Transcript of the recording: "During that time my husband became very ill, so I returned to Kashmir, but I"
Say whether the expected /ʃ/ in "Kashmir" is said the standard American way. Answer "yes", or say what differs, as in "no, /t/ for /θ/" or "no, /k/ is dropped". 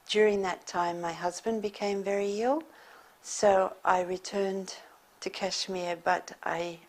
yes